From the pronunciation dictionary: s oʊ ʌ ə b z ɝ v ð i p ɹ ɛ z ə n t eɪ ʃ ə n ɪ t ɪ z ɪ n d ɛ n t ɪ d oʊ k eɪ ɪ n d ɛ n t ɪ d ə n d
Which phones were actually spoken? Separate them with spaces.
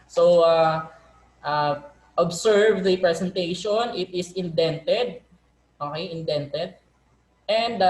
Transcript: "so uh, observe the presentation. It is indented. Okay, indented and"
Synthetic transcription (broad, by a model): s oʊ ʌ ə b s ɝ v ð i p ɹ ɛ s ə n t eɪ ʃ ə n ɪ t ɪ s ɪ n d ɛ n t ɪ d oʊ k eɪ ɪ n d ɛ n t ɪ d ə n d